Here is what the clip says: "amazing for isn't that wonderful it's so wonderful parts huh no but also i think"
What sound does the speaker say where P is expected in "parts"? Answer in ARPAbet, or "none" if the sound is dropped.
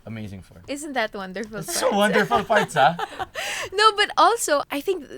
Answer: F